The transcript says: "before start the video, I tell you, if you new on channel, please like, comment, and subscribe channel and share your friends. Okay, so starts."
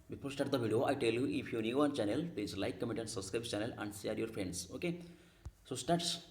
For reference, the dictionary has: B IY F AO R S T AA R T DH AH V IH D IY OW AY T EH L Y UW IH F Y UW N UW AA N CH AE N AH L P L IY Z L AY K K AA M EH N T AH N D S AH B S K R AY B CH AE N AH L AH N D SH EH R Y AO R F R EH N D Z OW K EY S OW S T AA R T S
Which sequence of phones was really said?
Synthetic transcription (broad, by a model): B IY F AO R S T AA R T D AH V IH D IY OW AY T EH L Y UW IH F Y UW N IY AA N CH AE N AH L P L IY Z L AY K K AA M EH T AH N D S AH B S K R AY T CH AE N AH L AH N D S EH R Y AO R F R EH N D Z OW K EY S OW S T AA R T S